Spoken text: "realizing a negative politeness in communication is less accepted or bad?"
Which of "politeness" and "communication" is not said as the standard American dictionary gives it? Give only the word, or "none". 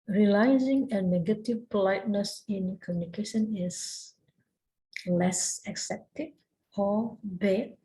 none